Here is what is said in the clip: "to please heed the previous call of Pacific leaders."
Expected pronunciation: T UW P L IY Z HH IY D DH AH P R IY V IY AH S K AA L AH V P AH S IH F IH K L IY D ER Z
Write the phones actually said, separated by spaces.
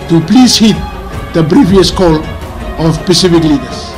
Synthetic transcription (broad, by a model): T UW P L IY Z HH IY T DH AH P R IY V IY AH S K AA L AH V P AH S IH F IH K L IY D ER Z